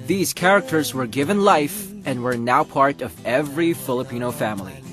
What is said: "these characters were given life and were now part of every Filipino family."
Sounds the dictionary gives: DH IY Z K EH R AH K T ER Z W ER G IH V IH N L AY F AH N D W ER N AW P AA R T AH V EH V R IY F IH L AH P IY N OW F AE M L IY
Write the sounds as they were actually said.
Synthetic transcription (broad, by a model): DH IY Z K EH R AH K T ER Z W ER G IH V IH N L AY F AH N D W ER N AW P AA R T AH V EH V R IY F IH L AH P IY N OW F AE M L IY